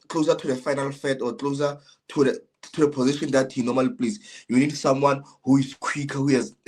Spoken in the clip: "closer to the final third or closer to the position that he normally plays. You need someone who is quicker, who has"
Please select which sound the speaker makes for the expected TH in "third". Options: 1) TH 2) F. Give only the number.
2